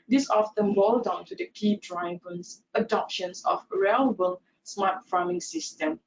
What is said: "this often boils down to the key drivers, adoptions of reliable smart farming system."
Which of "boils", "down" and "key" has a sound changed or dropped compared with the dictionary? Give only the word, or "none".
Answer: boils